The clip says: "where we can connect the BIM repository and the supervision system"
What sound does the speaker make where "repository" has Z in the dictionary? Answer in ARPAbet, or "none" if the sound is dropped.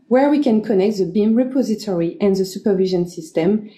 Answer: Z